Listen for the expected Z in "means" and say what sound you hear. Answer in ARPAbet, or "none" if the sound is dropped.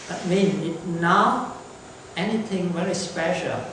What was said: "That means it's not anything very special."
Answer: none